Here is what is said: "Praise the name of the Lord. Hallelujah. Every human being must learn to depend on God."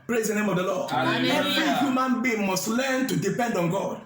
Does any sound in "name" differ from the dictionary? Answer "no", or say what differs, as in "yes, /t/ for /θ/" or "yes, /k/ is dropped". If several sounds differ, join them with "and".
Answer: no